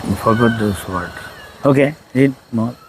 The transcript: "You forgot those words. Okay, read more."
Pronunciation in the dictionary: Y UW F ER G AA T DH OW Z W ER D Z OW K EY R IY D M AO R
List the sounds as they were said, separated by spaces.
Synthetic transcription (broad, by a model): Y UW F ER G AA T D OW S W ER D OW K EY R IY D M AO